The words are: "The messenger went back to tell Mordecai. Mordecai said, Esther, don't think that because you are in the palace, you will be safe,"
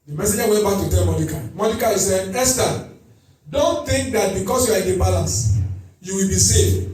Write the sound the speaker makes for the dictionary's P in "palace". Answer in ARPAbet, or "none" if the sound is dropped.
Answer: B